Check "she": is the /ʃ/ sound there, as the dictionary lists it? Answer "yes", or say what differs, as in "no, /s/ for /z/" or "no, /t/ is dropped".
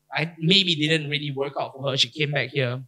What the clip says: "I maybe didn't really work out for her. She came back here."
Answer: yes